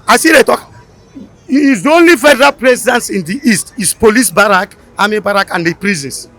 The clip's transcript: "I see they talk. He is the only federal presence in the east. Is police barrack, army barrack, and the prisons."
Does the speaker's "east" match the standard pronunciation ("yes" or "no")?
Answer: yes